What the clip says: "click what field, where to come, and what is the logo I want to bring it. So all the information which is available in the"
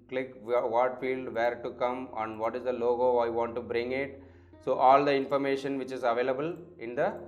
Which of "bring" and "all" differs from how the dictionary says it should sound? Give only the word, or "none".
none